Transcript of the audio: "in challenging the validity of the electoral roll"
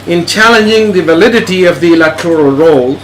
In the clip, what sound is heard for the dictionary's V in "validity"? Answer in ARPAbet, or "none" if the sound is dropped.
V